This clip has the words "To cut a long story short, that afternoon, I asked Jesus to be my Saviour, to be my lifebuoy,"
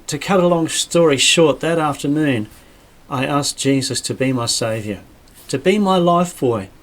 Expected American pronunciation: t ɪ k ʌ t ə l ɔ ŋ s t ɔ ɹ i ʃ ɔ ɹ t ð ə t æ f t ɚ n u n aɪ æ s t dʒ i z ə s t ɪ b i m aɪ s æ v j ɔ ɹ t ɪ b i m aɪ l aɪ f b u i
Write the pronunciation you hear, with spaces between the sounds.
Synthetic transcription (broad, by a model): t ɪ k ʌ t ə l ɔ ŋ s t ɔ ɹ i ʃ ɔ ɹ t ð ə t æ f t ɚ n u n aɪ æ s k dʒ i z ə s t ɪ b i m aɪ s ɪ v j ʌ ɹ t ɪ b i m aɪ l aɪ f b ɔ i